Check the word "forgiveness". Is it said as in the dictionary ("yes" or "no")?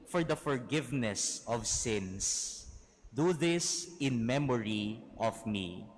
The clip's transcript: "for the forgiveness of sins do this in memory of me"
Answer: yes